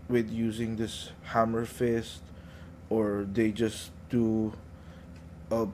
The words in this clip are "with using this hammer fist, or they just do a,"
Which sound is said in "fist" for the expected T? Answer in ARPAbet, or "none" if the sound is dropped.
T